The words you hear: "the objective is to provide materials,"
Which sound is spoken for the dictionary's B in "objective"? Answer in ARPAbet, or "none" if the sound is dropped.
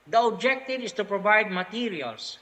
B